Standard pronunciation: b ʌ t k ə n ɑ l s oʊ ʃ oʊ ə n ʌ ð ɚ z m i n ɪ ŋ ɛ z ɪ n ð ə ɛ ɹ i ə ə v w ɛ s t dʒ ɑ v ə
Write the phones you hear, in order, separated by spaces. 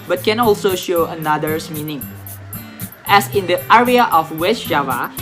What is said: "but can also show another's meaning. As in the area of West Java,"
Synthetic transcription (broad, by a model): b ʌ t k ə n ɑ l s oʊ ʃ oʊ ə n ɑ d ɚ s m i n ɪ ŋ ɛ s ɪ n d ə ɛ ɹ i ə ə f w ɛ s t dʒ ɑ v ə